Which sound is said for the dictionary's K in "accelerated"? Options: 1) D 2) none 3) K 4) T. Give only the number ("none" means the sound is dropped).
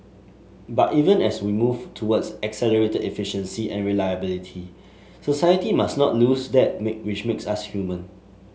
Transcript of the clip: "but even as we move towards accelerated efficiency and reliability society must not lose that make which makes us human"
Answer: 3